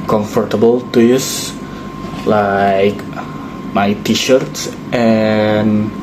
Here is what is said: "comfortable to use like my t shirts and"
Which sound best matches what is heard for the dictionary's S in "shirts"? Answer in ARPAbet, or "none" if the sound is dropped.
S